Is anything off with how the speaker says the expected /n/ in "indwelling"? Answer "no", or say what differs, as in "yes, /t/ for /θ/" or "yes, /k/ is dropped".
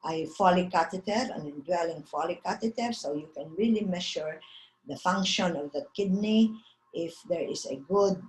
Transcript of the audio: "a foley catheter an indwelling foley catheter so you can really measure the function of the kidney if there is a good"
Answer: yes, /n/ is dropped